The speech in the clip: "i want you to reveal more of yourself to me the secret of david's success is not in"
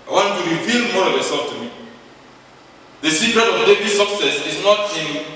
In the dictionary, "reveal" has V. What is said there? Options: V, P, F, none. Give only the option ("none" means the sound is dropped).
F